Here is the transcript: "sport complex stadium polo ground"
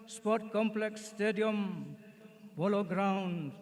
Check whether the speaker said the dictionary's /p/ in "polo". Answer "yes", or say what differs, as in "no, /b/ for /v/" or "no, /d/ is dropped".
no, /b/ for /p/